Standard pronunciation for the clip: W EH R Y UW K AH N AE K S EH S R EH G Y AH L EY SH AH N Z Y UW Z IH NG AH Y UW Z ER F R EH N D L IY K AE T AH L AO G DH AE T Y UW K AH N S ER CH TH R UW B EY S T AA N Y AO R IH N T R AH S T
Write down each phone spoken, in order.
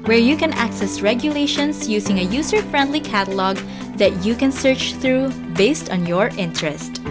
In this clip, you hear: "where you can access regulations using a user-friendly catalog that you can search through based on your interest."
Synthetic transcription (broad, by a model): W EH R Y UW K AH N AE K S EH S R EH G Y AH L EY SH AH N S Y UW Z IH NG AH Y UW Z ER F R EH N D L IY K AE T AH L AO G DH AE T Y UW K AH N S ER CH TH R UW B EY S T AA N Y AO R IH N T R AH S T